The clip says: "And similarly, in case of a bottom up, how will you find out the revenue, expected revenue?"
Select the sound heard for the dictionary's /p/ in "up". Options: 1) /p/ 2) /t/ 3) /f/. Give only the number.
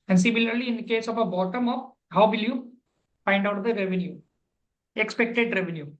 3